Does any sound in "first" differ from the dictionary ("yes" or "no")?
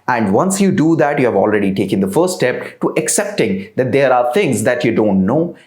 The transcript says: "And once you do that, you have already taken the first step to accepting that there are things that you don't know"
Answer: yes